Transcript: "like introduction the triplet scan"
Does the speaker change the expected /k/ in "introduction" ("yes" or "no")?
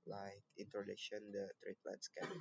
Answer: yes